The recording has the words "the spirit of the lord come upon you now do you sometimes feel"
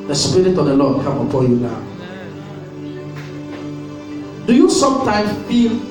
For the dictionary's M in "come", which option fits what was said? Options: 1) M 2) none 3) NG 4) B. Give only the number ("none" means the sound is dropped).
2